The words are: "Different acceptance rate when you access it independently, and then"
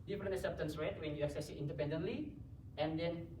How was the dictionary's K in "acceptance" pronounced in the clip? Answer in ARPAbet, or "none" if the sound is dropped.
none